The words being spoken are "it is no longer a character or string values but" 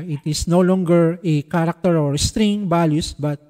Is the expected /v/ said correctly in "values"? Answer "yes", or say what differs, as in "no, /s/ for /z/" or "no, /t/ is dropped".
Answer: no, /b/ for /v/